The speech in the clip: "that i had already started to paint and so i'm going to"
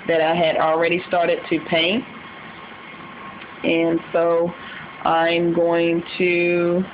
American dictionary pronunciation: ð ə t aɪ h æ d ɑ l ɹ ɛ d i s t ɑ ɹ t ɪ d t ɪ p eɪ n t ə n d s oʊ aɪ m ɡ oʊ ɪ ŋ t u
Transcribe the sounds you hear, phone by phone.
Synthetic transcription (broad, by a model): ð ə t aɪ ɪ d l ɹ ɛ d i s t ɑ ɹ t ɪ d t ɪ p eɪ n t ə n s oʊ aɪ m ɡ oʊ ɪ ŋ t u